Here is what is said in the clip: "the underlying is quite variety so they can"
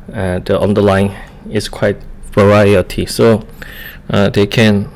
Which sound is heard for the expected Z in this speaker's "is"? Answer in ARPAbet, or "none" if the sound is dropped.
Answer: S